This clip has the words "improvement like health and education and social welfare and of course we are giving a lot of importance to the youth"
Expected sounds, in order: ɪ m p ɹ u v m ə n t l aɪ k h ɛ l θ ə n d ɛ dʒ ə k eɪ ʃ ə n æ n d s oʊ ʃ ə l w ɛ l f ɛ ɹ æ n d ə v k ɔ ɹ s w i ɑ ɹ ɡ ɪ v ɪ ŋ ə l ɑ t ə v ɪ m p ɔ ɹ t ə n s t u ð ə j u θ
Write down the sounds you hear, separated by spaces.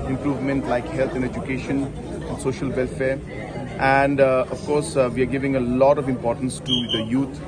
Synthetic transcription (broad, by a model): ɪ m p ɹ u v m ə n t l aɪ k h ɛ l t ə n d ɛ dʒ ə k eɪ ʃ ə n æ n d s oʊ ʃ ə l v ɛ l f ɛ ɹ æ n d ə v k ɔ ɹ s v i ɑ ɹ ɡ ɪ v ɪ ŋ ə l ɑ t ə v ɪ m p ɔ ɹ t ə n s t u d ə j u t